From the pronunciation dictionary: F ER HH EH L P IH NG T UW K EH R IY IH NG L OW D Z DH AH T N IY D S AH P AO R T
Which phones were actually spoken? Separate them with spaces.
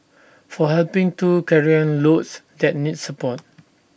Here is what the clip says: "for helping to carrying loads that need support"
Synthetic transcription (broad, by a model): F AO HH EH L P IH NG T UW K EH R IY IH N L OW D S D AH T N IY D S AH P AO T